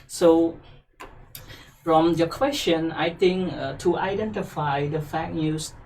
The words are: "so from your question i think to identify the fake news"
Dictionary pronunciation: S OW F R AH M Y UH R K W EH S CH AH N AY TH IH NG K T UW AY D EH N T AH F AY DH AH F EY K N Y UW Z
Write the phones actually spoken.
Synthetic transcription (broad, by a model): S OW F R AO M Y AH K W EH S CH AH N AY T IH NG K T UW AY D EH N T AH F AY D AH F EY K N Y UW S